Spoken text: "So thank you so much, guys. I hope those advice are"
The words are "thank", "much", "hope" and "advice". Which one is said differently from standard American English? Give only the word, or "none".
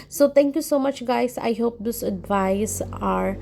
thank